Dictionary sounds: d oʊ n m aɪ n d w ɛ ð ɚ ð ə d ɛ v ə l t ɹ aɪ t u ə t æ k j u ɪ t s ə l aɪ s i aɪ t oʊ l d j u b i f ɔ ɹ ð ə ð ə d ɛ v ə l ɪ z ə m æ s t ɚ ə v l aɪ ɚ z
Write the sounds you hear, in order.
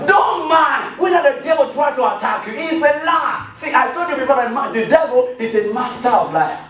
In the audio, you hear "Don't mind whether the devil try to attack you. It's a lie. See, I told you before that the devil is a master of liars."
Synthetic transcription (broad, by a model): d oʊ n m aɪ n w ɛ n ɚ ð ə d ɛ v ə l t ɹ aɪ t u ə t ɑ k j u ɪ s ə l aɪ s i aɪ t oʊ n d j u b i p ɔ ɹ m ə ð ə d ɛ v ə l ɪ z ə m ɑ s t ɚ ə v l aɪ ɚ